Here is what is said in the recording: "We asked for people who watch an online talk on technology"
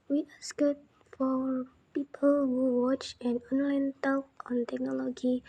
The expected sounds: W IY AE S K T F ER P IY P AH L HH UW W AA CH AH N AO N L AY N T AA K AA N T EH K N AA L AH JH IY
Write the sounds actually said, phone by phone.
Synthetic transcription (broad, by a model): W IY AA S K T F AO P IY P AH L HH UW W AA CH AH N AO N L AY N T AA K AA N T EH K N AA L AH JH IY